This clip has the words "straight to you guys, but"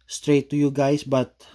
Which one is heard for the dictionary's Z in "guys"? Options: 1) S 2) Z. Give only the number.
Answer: 1